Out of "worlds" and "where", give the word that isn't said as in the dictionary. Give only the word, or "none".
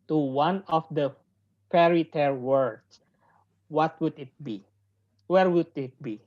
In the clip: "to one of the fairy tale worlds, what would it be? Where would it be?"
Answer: worlds